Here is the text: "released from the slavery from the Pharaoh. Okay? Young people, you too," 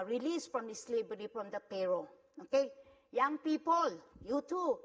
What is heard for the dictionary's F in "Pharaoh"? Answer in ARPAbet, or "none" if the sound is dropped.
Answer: P